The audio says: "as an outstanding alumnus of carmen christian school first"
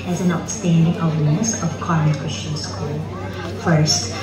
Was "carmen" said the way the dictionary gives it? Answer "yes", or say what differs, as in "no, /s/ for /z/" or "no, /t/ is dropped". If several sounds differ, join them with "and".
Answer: no, /m/ is dropped